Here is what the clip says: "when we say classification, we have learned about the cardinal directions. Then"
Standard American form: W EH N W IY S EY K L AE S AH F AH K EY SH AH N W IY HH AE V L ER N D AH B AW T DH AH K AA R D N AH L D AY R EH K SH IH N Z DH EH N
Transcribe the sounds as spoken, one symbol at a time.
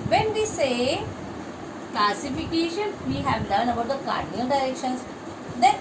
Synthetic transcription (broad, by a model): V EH N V IY S EY K L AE S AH F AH K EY SH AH N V IY HH AE V L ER N AH B AW T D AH K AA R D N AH L D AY R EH K SH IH N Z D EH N